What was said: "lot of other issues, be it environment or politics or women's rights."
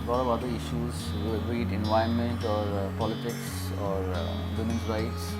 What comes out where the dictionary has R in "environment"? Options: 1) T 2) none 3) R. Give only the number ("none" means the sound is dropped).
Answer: 2